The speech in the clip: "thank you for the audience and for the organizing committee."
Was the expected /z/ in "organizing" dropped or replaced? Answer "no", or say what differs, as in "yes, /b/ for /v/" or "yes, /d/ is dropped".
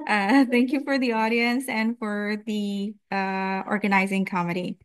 no